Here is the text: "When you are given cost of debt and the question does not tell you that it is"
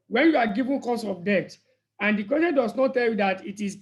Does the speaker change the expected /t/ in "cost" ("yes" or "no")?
yes